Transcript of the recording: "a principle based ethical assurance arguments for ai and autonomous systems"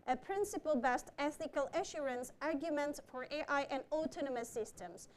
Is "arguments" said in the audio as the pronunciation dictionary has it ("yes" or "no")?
yes